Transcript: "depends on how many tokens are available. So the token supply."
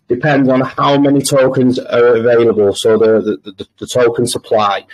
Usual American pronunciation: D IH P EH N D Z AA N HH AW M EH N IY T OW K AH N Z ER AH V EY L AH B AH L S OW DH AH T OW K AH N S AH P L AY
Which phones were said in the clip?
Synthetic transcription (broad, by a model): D IH P EH N D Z N HH AW M EH N IY T OW K AH N Z ER AH V EY L AH B AH L S OW DH AH T OW K AH N S AH P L AY